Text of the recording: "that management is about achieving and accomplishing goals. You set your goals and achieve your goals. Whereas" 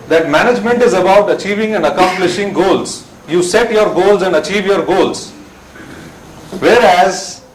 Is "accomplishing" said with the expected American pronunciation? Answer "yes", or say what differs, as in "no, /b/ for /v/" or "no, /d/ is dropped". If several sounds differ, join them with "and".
yes